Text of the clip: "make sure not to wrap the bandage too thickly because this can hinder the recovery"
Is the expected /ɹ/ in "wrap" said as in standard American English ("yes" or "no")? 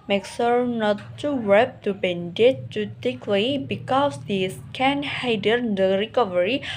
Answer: no